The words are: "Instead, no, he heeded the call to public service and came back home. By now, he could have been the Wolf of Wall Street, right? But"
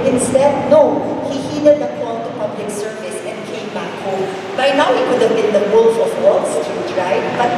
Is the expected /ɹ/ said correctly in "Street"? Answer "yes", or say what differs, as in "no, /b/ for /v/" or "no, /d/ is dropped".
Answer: no, /ɹ/ is dropped